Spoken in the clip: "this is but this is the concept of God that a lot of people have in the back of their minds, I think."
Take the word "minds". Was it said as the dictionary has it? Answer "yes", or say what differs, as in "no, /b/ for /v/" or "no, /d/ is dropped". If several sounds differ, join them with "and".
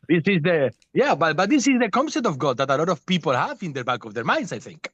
no, /s/ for /z/